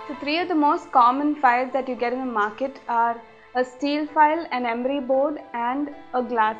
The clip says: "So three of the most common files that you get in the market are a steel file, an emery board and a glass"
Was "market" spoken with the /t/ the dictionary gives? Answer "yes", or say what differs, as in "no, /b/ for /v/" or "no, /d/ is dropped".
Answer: yes